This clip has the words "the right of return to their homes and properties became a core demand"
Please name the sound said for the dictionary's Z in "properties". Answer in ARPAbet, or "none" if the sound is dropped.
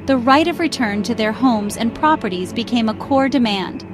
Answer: Z